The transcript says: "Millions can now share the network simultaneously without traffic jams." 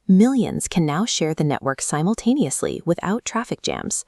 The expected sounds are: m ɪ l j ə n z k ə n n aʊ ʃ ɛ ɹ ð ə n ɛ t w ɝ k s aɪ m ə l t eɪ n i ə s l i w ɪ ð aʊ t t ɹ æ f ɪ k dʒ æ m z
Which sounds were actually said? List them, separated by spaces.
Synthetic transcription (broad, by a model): m ɪ l j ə n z k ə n n aʊ ʃ ɛ ɹ ð ə n ɛ t w ɝ k s aɪ m l t eɪ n i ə s l i w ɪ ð aʊ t t ɹ æ f ɪ k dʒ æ m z